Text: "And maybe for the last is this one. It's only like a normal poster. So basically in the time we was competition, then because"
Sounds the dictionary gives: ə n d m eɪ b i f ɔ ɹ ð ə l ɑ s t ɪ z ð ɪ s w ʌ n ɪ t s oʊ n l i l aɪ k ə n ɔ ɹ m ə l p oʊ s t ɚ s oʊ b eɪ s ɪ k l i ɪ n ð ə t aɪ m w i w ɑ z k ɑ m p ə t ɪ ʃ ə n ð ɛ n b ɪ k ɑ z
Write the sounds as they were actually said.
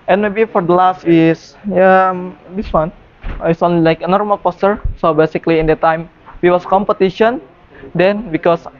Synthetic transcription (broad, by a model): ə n m eɪ b i f ɔ ɹ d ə l ɑ s t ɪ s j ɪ s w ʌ n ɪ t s oʊ n l i l aɪ k ə n ɔ ɹ m ə l p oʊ s t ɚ s oʊ b eɪ s ɪ k l i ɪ n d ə t aɪ m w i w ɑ s k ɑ m p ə t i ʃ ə n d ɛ n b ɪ k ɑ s